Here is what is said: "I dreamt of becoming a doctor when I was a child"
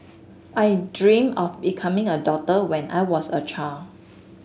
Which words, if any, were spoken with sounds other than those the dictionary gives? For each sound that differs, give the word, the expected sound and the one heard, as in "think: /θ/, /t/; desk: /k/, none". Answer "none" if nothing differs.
of: /v/, /f/; doctor: /k/, none; was: /z/, /s/; child: /d/, none